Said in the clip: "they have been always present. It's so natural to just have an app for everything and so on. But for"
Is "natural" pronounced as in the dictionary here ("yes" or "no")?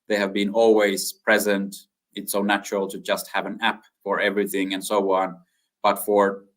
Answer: yes